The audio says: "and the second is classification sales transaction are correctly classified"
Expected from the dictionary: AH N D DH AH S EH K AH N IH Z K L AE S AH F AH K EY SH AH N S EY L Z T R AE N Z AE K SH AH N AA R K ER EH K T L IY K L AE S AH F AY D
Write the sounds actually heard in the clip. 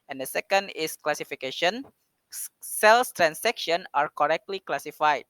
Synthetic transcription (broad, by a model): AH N D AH S EH K AH N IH S K L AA S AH F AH K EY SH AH N S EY L S T R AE N S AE K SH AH N AA R K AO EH K T L IY K L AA S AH F AY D